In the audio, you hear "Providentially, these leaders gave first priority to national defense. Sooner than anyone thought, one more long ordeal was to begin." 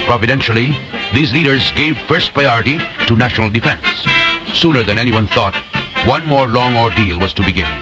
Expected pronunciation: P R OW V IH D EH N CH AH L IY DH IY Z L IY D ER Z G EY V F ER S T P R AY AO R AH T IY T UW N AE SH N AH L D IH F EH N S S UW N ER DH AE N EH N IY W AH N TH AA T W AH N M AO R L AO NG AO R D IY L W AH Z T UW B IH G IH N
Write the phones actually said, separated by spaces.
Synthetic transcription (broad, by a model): P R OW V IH D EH N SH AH L IY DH IY Z L IY D ER Z G EY V F ER S T P R AY AO R AH T IY T UW N AE SH N AH L D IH F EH N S S UW N ER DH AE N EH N IY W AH N TH AA T W AH N M AO R L AO NG AO R D IY L W AH Z T UW B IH G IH N